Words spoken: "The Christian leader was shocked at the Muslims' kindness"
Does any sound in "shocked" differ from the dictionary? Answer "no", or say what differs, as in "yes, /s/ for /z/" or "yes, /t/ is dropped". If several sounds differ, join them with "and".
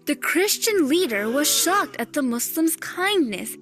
no